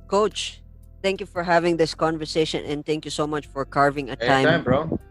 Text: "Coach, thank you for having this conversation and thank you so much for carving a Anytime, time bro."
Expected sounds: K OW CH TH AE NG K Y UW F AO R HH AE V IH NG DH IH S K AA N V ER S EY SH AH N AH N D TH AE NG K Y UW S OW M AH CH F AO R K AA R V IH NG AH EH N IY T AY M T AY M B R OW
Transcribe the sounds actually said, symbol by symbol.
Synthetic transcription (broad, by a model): K OW CH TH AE NG K Y UW F AO R HH AE V IH NG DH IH S K AA N V ER S EY SH AH N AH N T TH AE NG K Y UW S OW M AH CH F AO R K AA R V IH NG AH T AY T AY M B R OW